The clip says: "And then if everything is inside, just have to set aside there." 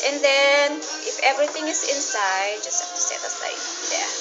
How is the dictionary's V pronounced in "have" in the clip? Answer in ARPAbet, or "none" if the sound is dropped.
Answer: F